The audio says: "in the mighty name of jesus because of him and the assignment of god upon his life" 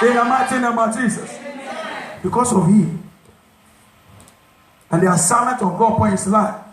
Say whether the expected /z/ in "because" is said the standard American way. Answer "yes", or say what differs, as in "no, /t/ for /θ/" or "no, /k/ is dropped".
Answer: no, /s/ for /z/